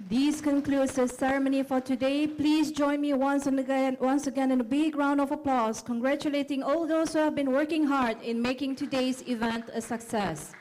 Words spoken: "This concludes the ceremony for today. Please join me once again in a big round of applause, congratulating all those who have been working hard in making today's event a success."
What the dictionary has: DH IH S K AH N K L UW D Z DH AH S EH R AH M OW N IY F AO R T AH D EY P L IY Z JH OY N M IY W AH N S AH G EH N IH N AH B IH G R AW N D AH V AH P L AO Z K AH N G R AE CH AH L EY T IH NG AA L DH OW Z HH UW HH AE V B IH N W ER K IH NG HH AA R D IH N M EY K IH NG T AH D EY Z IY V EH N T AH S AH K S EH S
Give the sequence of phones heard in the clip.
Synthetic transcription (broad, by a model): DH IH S K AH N K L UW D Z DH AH S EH R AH M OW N IY F AO R T AH D EY P L IY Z JH OY N M IY W AH N S AH G EH N IH N AH B IH G R AW N D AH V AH P L AO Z K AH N G R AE CH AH L EY T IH NG AA L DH OW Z HH UW HH AE V B IH N W ER K IH NG HH AA R D IH N M EY K IH NG T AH D EY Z IY V EH N T AH S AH K S EH S